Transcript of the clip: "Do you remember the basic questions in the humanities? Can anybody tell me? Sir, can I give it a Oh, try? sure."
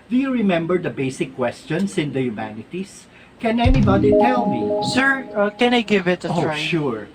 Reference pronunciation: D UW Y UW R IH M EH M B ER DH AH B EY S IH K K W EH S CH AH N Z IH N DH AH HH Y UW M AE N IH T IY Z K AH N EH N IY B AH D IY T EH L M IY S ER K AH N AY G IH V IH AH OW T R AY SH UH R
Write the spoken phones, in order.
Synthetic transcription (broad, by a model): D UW Y UW R IH M EH M B ER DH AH B EY S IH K K W EH S CH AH N S IH N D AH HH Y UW M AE N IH T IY S K AH N EH N IY B AH D IY T EH L M IY S ER K AH N AY G IH V IH T AY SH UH R